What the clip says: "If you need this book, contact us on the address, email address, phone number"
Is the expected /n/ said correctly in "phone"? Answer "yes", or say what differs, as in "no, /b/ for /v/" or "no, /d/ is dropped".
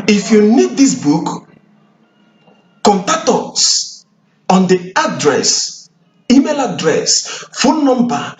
no, /l/ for /n/